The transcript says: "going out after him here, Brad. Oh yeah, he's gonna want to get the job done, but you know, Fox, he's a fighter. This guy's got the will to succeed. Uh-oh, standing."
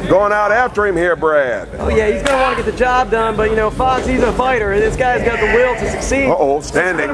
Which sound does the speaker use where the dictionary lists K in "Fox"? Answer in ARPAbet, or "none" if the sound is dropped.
none